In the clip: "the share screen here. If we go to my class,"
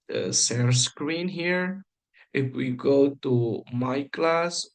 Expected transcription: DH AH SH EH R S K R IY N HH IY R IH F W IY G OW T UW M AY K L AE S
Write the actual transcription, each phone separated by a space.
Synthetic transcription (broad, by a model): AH S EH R S K R IY N HH IY R IH F W IY G OW T UW M AY K L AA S